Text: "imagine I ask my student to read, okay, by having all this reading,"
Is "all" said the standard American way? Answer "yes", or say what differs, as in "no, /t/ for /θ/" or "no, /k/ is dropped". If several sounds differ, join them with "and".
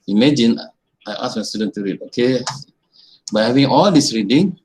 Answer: yes